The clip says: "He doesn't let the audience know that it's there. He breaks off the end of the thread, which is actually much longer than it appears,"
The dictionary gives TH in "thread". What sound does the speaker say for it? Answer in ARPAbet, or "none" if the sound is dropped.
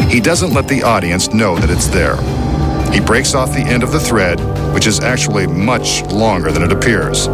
TH